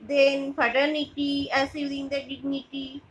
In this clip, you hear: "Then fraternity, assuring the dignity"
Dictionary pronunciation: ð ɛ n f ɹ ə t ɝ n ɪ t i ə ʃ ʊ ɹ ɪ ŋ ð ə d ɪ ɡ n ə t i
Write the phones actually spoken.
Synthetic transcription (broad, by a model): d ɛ n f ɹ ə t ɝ n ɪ t i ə s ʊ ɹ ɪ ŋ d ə d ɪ ɡ n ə t i